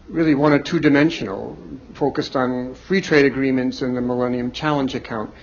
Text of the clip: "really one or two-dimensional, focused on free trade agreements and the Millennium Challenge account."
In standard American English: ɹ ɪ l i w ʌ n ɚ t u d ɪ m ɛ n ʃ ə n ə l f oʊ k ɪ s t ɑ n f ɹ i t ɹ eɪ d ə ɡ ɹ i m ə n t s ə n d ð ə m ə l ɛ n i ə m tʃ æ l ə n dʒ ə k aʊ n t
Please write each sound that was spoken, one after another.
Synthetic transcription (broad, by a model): ɹ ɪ l i w ʌ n ɚ t u d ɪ m ɛ n ʃ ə n l f oʊ k ɪ s t n f ɹ i t ɹ eɪ d ə ɡ ɹ i m ə n t s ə n ð ə m ə l ɛ n i ə m tʃ æ l ə n dʒ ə k aʊ n t